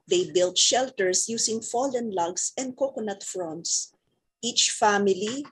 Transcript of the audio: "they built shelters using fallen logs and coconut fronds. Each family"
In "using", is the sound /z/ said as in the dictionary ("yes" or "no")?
no